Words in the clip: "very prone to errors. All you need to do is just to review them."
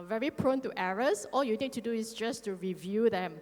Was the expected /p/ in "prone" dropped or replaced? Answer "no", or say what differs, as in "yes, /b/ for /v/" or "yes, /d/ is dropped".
no